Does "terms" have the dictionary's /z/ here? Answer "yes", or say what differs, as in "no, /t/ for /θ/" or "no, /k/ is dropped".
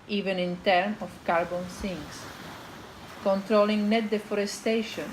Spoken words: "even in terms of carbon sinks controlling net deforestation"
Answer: no, /z/ is dropped